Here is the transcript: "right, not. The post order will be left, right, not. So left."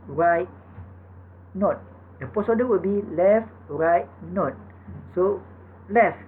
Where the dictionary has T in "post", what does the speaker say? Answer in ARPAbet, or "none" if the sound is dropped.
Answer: none